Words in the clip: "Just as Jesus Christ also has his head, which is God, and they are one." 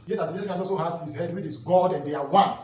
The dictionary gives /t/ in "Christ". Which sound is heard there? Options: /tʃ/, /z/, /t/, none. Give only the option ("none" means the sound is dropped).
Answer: none